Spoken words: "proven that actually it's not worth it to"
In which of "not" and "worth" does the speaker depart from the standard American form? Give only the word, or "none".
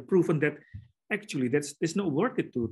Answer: worth